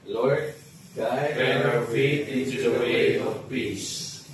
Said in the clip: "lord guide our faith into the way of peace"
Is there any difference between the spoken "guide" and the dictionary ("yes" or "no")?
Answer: yes